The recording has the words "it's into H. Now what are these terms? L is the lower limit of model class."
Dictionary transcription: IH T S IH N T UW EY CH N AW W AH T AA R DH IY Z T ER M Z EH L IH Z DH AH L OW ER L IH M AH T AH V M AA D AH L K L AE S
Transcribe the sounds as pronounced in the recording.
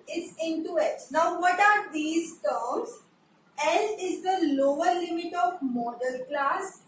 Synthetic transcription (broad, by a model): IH T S IH N T UW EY S N AW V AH T AA R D IY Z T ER M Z EH L IH Z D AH L OW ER L IH M AH T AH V M AA D AH L K L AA S